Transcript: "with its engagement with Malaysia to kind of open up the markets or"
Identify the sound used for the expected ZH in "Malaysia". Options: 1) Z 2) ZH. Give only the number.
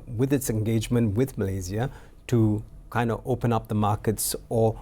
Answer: 1